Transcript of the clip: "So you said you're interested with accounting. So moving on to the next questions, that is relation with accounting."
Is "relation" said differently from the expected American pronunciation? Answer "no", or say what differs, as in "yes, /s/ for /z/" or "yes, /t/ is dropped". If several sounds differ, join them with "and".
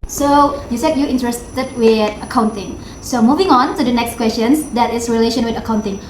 no